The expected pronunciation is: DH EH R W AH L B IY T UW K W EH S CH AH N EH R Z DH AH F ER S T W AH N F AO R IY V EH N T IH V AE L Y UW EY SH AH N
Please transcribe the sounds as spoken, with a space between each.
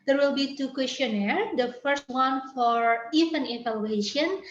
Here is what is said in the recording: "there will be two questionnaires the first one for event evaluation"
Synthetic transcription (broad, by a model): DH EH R W AH L B IY T UW K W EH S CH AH N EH R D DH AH F ER S T W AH N F AO R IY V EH N IH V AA L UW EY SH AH N